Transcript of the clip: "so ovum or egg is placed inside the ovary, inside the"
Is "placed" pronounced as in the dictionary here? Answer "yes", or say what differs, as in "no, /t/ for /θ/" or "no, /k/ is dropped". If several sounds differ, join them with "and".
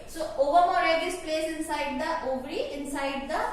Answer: no, /t/ is dropped